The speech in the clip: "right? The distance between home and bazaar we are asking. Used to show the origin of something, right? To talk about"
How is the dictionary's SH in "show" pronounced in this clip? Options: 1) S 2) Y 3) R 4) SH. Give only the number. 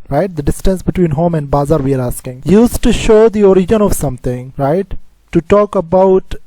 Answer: 4